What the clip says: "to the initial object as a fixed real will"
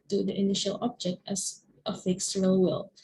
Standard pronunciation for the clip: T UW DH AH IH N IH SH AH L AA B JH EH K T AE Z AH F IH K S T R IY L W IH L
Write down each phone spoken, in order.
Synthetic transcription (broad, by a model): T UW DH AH IH N IH SH AH L AA B JH EH K T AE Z AH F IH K S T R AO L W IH L